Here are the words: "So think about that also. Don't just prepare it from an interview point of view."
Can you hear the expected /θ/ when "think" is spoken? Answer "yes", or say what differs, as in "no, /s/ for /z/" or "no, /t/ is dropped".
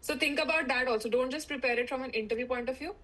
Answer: no, /t/ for /θ/